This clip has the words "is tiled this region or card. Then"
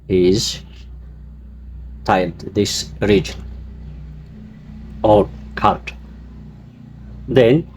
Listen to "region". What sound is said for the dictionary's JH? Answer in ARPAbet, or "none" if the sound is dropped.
JH